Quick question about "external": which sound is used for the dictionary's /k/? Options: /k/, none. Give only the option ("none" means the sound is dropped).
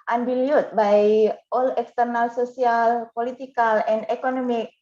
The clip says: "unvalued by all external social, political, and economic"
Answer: /k/